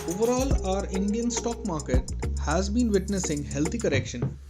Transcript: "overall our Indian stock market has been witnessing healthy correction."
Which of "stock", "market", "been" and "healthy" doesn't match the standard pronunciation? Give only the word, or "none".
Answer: healthy